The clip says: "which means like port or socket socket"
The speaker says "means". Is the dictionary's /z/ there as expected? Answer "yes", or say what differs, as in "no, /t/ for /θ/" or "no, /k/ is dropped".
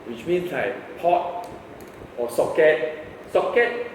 no, /s/ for /z/